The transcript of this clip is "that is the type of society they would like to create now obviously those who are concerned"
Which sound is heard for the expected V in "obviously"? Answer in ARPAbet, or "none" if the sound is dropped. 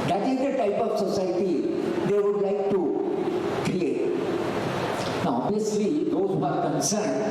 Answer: none